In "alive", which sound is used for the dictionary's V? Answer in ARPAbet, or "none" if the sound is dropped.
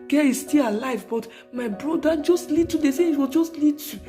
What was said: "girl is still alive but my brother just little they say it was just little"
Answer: V